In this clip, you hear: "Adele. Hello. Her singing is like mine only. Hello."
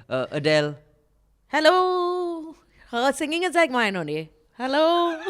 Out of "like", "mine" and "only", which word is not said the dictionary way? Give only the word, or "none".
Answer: only